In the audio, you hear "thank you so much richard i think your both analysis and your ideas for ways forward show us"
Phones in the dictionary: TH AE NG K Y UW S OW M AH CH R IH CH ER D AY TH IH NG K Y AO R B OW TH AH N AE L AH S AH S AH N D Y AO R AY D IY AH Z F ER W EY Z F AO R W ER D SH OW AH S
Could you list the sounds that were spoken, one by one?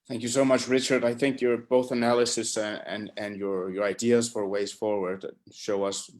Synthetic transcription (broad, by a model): TH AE NG K Y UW S OW M AH CH R IH CH ER D AY TH IH NG K Y AO R B OW TH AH N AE L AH S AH S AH N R Y AO R AY D IY AH Z F ER W EY Z F AO R W ER D SH OW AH S